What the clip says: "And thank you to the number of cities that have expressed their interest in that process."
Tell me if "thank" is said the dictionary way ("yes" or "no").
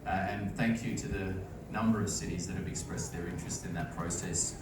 yes